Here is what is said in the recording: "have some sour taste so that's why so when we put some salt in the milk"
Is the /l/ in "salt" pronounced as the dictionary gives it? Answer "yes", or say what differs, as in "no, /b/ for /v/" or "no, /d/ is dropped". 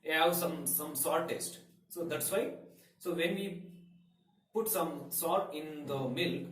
no, /l/ is dropped